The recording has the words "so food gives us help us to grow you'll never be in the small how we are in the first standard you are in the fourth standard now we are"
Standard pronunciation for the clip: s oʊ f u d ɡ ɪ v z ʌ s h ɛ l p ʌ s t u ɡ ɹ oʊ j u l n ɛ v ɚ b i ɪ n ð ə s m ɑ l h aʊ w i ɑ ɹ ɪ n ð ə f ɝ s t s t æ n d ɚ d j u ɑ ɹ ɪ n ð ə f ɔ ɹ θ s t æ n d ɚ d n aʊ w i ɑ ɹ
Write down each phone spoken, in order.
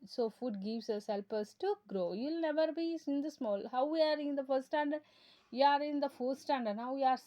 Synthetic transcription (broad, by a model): s oʊ f u d ɡ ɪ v s ʌ s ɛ l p ʌ s t u ɡ ɹ oʊ j u l n ɛ v ɚ b i ɪ n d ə s m ɑ l h aʊ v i ɑ ɹ ɪ n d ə f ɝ t s t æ n d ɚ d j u ɑ ɹ ɪ n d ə f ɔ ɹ s t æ n d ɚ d n aʊ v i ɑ ɹ